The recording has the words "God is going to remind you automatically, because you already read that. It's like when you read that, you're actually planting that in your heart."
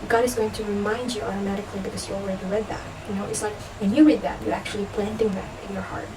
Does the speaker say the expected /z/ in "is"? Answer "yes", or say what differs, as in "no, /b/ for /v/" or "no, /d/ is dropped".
yes